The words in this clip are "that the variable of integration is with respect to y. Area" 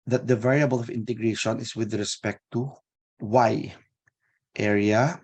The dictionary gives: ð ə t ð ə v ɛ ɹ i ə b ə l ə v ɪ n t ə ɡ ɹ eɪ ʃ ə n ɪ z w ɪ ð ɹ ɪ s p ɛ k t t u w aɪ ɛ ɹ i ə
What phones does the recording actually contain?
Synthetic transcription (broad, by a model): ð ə t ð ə v ɛ ɹ i ə b ə l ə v ɪ n t ə ɡ ɹ eɪ ʃ ə n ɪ s w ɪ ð ɹ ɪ s p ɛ k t t u w aɪ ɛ ɹ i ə